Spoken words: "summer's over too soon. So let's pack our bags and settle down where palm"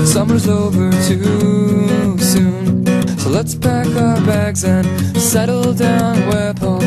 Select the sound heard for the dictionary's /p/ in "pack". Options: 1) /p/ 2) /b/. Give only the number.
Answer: 2